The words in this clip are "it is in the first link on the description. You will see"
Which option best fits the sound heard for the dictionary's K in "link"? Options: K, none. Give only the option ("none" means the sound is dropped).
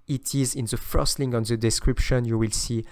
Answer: none